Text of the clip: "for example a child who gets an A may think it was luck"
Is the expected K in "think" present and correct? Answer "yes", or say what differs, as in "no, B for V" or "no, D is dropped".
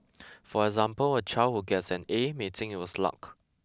no, K is dropped